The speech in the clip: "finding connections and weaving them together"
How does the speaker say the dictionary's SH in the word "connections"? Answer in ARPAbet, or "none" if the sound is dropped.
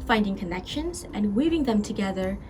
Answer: SH